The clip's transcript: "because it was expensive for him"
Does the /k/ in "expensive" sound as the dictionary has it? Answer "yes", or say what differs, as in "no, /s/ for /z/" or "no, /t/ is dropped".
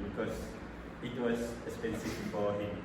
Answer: no, /k/ is dropped